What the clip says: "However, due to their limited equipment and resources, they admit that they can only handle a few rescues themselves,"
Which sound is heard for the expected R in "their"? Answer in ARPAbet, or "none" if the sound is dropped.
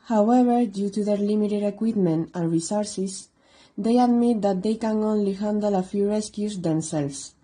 R